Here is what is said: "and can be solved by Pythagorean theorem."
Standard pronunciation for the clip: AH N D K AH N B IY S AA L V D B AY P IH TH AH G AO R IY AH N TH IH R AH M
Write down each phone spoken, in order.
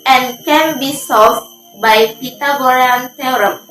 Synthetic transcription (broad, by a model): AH N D K AH N B IY S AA V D B AY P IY T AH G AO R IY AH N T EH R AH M